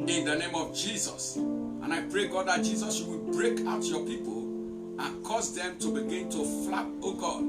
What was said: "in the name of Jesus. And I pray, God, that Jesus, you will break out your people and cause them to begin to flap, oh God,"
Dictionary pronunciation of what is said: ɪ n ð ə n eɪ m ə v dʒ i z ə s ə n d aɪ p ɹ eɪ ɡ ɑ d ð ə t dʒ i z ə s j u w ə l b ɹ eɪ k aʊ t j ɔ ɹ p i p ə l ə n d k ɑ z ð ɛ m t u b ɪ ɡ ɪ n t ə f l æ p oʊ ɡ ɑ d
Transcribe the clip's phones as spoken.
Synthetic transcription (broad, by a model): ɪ n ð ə n eɪ m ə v dʒ i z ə s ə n aɪ p ɹ eɪ ɡ ɑ d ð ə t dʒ i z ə s j u w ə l b ɹ eɪ k aʊ t j ɔ p i p ə l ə n k ɑ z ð ɛ m t u b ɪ ɡ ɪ n t ə f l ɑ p oʊ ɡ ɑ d